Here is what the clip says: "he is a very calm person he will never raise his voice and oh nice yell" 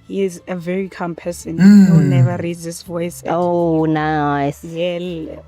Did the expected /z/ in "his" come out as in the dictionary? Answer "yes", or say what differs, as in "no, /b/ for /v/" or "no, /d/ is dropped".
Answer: no, /s/ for /z/